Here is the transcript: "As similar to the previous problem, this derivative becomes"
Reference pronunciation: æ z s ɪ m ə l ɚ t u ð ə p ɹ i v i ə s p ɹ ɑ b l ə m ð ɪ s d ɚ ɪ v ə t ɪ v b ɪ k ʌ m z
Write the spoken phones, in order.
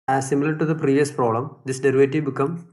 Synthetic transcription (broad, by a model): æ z s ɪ m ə l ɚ t u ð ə p ɹ i v i ə s p ɹ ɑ l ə m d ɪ s d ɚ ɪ v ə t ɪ b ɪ k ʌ m